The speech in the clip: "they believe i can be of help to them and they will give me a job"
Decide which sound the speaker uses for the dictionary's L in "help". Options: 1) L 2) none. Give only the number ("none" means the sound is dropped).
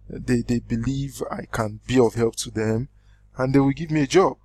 1